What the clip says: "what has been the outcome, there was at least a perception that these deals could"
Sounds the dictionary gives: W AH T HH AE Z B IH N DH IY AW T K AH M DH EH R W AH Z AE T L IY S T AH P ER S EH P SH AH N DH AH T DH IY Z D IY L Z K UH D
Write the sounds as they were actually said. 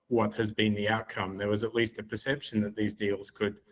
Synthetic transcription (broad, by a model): W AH T HH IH Z B IH N DH IY AW T K AH M DH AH R W AH Z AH T L IY S T AH P ER S EH P SH AH N DH AH T DH IY Z D IY L Z K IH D